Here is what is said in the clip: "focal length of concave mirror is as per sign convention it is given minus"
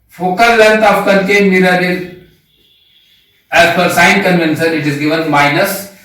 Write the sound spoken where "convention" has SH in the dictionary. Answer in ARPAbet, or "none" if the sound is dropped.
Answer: S